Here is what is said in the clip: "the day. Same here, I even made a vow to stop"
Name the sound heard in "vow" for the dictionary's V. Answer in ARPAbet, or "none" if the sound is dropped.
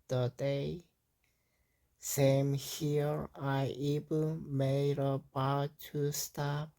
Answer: B